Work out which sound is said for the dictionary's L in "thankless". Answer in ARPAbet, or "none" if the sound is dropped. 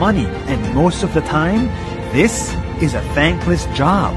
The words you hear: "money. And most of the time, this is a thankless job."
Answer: L